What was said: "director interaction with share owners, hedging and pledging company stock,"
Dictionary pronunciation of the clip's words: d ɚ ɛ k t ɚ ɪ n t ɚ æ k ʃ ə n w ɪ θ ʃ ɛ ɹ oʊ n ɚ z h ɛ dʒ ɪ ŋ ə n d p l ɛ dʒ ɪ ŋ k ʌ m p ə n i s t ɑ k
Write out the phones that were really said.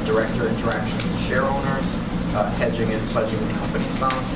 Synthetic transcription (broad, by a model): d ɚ ɛ k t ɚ ɪ n t ɚ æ k ʃ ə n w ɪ ʃ ɛ ɹ oʊ n ɚ z h ɛ dʒ ɪ ŋ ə n p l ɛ dʒ ɪ ŋ k ʌ m p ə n i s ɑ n